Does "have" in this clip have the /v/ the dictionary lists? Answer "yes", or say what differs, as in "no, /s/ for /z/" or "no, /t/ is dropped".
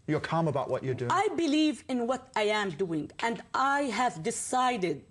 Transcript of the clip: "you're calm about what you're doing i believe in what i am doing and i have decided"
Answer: yes